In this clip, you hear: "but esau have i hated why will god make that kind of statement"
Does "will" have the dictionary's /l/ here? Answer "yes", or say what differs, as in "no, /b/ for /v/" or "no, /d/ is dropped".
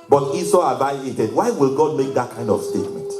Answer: yes